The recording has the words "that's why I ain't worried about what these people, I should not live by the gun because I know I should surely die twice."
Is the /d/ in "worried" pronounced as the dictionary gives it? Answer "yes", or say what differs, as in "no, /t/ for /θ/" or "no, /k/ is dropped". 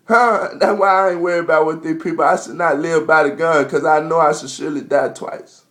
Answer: no, /d/ is dropped